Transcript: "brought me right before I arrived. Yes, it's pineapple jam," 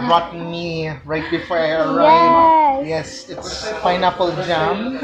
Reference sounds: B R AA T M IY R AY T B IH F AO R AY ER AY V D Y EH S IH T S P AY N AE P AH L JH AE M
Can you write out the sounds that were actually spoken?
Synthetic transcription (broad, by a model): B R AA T M IY R AY T B IH F AO R AY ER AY D Y EH S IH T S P AY N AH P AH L JH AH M